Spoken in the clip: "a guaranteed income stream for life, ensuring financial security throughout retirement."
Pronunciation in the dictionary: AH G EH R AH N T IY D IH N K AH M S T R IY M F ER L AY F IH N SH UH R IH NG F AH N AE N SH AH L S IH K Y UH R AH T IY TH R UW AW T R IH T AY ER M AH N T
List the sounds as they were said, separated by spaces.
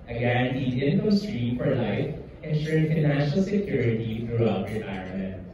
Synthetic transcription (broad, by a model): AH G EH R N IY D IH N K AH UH S T R IY M F ER L AY F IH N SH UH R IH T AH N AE SH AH L S IH K Y UH R AH T IY TH R UW AW T R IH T AY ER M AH N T